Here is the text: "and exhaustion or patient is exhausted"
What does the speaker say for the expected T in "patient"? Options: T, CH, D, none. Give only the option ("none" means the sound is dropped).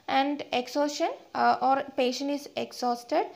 none